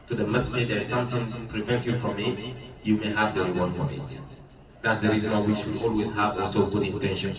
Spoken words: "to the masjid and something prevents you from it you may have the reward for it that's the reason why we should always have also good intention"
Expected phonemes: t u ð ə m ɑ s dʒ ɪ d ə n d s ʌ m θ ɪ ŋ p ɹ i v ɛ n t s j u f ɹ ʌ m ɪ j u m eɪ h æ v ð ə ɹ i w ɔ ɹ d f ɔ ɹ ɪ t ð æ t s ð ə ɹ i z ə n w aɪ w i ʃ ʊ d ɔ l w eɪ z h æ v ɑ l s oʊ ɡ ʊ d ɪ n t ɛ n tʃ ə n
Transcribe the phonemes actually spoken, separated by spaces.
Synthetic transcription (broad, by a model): t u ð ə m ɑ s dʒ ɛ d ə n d s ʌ m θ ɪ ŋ p ɹ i v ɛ n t j u f ɹ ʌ m ɪ j u m eɪ h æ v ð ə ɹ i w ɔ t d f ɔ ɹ ɪ t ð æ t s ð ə ɹ i z ə n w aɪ w i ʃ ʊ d ɔ l w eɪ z h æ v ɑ s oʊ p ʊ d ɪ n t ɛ n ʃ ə n